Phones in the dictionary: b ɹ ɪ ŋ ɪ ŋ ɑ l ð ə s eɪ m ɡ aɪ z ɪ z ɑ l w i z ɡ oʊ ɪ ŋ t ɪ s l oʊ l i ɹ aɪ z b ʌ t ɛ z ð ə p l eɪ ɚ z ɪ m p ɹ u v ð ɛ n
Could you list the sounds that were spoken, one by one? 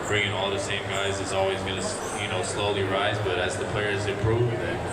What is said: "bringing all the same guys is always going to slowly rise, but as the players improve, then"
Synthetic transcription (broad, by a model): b ɹ ɪ ŋ ɪ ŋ ɑ l ð ə s eɪ m ɡ aɪ z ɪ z ɑ l w i z ɡ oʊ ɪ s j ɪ s l oʊ l i ɹ aɪ z b ʌ t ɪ z ð ə p l eɪ ɚ z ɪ p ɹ u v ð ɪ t